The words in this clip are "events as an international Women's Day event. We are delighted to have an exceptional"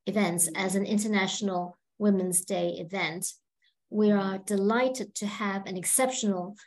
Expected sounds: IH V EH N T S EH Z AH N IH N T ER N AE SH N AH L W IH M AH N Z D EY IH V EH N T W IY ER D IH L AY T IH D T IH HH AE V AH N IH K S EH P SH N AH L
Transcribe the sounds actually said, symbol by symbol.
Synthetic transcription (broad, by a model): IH V EH N T S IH Z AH N IH N T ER N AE SH N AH L W IH M AH N Z D EY IH V EH N T W IY ER D IH L AY T IH D T IH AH V AH N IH K S EH P SH N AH L